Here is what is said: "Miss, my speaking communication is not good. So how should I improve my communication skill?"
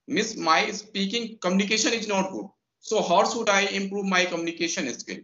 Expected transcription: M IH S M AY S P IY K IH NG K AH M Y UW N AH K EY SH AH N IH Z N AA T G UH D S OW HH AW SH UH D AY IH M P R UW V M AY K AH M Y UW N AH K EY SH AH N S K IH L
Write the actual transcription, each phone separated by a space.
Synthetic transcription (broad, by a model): M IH S M AY S P IY K IH NG K AH M Y UW N AH K EY SH AH N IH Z N AA T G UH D S OW HH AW S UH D AY IH M P R UW V M AY K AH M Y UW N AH K EY SH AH N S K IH